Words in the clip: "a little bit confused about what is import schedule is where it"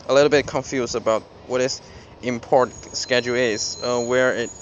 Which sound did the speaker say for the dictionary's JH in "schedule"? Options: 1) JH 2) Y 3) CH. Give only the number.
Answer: 1